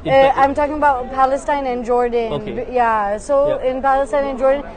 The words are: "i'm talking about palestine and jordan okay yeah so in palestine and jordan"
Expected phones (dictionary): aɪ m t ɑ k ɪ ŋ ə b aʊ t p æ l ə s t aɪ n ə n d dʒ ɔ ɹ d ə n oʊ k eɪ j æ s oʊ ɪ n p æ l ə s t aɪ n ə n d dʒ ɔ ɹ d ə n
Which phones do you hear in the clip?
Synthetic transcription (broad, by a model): aɪ m t ɑ k ɪ ŋ ə b aʊ t p æ l ə s t aɪ n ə n dʒ ɔ ɹ d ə n j æ s oʊ ɪ n p æ l ə s t aɪ n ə n dʒ ɔ ɹ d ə n